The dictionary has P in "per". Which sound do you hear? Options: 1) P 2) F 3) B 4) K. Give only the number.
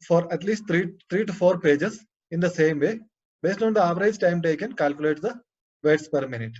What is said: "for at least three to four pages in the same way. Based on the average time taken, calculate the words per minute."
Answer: 1